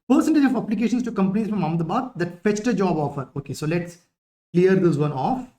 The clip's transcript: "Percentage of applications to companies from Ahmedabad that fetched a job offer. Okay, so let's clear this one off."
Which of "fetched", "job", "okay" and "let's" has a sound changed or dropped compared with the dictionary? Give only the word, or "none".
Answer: none